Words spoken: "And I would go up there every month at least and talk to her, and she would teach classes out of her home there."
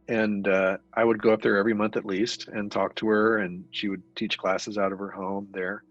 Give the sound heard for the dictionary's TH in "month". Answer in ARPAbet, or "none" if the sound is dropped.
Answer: TH